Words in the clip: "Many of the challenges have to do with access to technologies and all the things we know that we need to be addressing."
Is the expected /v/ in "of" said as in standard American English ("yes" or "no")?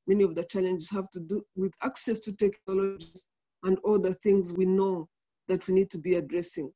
yes